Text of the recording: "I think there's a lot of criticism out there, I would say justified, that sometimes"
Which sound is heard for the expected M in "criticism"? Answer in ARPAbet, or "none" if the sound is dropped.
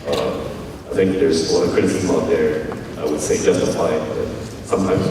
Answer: none